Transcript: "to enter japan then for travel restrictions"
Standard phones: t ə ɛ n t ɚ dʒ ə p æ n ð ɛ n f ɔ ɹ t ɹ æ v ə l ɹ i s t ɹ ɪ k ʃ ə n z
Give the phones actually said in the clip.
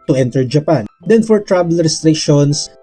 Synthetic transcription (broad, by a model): t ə ɛ n t ɚ dʒ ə p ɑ n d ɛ n f ɔ ɹ t ɹ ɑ b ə l ɹ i s t ɹ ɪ k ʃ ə n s